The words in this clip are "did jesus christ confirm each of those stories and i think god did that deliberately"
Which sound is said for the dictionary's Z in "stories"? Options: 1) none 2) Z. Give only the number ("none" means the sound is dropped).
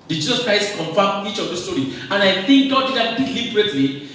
1